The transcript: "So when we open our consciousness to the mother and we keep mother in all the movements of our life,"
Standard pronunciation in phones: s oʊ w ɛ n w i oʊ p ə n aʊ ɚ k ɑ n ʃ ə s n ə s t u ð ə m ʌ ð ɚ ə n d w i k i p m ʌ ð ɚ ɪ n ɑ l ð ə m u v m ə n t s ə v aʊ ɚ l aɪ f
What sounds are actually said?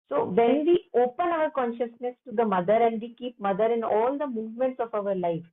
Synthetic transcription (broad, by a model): s oʊ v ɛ n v i oʊ p ə n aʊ ɚ k ɑ n ʃ ə s n ə s t u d ə m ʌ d ɚ ə n d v i k i p m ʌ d ɚ ɪ n ɑ l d ə m u v m ə n t s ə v aʊ ɚ l aɪ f